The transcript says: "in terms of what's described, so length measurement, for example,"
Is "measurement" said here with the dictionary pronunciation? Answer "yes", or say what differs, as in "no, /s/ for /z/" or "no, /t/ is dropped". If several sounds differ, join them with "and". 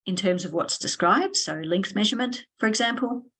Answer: yes